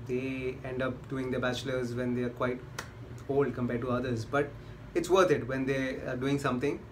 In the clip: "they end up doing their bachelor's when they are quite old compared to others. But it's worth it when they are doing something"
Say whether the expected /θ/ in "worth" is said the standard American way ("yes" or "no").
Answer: no